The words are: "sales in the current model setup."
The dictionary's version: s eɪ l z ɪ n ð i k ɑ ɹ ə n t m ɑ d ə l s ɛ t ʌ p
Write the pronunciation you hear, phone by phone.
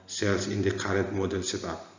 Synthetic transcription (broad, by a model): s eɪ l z ɪ n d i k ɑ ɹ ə t m ɑ d ə l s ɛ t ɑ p